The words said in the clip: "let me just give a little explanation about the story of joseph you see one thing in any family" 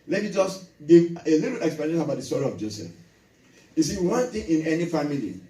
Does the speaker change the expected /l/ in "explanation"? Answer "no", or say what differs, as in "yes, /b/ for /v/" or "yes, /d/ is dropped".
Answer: yes, /l/ is dropped